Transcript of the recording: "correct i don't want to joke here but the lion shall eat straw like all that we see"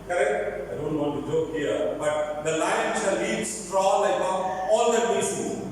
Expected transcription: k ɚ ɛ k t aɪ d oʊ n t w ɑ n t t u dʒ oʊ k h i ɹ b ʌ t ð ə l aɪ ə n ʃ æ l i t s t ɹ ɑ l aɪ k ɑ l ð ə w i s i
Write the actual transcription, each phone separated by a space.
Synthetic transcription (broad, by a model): k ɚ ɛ k t aɪ d oʊ n t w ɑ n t t u dʒ oʊ k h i ɹ b ʌ t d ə l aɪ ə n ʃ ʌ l i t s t ɹ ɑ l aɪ ɑ l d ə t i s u